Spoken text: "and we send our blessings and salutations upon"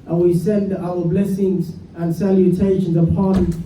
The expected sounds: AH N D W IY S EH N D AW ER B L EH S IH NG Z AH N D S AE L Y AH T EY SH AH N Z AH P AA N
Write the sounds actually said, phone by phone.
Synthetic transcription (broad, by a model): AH N W IY S EH N D AW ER B L EH S IH NG Z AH N S AE L Y AH T EY SH AH N Z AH P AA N